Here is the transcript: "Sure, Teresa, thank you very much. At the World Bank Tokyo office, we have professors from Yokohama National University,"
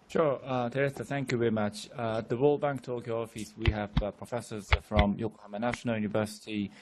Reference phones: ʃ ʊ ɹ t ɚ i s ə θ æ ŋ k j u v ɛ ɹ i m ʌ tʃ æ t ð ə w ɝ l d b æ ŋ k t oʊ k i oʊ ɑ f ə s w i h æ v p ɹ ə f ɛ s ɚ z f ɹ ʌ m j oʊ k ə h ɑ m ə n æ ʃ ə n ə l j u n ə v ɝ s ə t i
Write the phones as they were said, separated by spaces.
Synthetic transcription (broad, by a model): ʃ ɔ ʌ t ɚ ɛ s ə θ æ ŋ k j u v ɛ ɹ i m ʌ tʃ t ð ə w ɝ l b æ ŋ k t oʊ k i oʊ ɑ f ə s w i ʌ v p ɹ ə f ɛ s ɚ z f ɹ ʌ m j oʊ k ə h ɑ m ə n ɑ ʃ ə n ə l j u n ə v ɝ s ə t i